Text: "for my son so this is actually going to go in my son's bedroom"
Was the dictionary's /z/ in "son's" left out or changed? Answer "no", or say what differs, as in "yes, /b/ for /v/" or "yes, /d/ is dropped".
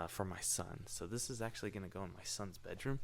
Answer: no